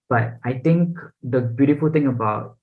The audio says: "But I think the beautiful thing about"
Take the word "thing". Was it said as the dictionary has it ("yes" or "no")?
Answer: no